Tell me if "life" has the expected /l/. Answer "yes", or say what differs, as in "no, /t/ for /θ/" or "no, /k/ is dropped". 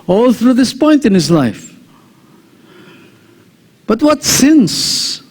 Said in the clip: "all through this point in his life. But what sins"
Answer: yes